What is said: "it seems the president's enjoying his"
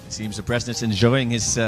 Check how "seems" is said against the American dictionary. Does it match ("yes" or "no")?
yes